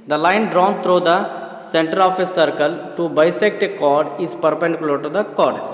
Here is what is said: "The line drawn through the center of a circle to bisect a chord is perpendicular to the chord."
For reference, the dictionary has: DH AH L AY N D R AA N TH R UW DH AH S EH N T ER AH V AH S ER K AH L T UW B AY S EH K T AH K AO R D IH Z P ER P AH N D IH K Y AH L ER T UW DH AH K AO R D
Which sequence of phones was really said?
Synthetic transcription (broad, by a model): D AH L AY N D R AA N T R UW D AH S EH N T ER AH F AH S ER K AH L T UW B AY S EH K T AH K AO R D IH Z P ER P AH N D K L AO T UW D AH K AO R D